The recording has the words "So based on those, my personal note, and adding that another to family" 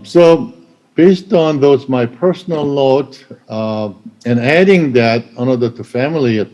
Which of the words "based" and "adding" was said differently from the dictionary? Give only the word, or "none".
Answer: none